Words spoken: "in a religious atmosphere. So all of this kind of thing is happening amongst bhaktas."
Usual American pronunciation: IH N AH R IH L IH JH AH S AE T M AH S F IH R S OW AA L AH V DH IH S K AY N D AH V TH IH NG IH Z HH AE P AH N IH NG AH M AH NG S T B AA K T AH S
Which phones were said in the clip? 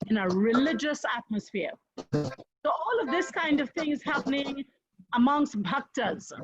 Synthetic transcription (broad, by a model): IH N AH R IH L IH JH AH S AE T M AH S F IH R S OW AA L AH V DH IH S K AY N D AH V TH IH NG IH Z HH AE P AH N IH NG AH M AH NG S T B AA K T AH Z